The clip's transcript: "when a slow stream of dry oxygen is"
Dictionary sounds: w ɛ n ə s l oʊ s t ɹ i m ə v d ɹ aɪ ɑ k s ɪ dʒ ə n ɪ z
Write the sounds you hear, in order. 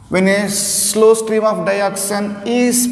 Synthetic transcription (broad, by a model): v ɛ n ə s l oʊ s t ɹ i m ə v d aɪ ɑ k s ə n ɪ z